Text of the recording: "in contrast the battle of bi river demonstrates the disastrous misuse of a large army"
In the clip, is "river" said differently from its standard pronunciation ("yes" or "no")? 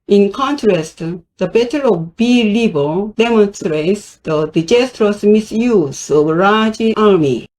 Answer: yes